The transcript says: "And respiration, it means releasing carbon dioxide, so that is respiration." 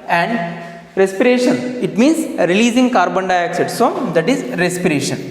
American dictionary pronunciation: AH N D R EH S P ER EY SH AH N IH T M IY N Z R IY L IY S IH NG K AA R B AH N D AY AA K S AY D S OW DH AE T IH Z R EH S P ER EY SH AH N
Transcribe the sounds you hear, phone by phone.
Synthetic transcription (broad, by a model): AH N D R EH S P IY EY SH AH N IH T M IY N S R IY L IY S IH NG K AA R B AH N D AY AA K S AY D S OW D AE T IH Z R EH S P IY EY SH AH N